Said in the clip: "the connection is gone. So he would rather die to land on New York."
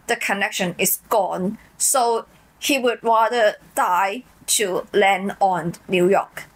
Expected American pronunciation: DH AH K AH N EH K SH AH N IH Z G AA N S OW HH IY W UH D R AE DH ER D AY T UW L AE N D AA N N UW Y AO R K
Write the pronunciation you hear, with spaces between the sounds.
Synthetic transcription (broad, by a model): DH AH K AH N EH K SH AH N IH S G AA N S OW HH IY W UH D R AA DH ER D AY T UW L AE N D AA N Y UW Y AO K